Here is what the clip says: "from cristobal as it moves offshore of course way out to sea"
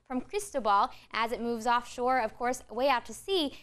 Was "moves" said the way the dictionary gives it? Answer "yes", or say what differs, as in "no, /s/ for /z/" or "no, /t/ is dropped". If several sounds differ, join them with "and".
yes